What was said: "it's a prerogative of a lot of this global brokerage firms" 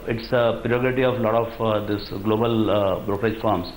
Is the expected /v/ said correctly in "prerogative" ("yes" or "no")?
no